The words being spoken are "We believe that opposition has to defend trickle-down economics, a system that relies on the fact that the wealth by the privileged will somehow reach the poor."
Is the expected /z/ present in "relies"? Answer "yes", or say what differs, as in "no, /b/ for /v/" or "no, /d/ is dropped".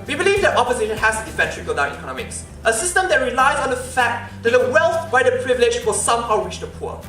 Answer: yes